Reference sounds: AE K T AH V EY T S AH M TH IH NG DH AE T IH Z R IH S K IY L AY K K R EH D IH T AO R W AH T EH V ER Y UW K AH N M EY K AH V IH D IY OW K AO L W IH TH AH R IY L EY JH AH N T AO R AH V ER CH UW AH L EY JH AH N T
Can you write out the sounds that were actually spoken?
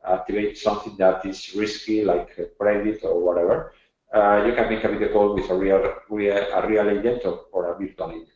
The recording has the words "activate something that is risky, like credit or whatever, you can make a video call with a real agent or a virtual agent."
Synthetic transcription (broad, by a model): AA K T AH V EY T S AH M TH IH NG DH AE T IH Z R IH S K IY L AY K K R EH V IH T AO R W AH T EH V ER Y UW K AH N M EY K AH B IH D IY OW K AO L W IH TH AH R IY L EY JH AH N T AO R AH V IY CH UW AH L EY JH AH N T